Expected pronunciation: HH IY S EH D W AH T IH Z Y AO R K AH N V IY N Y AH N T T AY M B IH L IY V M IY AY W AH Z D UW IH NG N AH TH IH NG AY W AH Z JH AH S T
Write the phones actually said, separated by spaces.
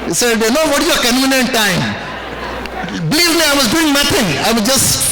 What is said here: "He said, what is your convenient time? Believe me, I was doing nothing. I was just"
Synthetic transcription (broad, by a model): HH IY S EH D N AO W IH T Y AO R K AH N UW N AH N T T AY M B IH L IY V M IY AY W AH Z D UW IH NG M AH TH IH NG AY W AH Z JH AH S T